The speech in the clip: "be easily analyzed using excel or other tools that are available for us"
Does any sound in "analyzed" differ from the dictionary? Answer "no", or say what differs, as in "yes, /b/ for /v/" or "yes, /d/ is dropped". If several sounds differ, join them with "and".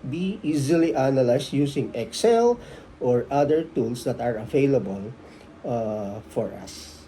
yes, /s/ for /z/